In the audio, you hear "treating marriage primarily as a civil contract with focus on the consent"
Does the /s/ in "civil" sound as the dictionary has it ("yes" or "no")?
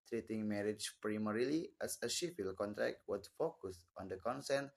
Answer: no